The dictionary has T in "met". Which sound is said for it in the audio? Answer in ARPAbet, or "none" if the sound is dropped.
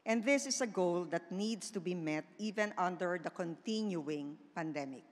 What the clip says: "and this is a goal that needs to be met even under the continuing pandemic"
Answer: T